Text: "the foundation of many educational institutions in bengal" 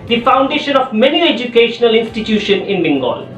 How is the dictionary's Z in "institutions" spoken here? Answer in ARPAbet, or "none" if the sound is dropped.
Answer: none